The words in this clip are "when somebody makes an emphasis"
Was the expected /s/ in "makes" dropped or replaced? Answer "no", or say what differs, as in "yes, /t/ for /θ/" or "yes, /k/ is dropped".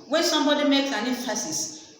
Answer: yes, /s/ is dropped